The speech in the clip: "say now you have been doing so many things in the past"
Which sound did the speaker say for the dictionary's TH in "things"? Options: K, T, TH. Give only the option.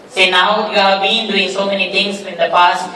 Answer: T